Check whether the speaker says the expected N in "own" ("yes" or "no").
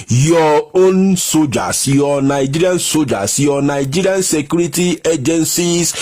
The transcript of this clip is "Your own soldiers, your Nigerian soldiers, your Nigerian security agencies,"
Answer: yes